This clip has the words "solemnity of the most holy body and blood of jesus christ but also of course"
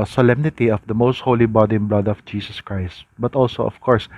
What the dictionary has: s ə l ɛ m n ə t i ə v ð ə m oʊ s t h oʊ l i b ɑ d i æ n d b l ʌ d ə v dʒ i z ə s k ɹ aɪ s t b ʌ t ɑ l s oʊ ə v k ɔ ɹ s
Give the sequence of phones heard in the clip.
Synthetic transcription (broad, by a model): s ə l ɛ m n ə t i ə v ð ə m oʊ s t h oʊ l i b ɑ d i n b l ʌ d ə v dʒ i s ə s k ɹ aɪ s t b ʌ t ɑ l s oʊ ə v k ɔ ɹ s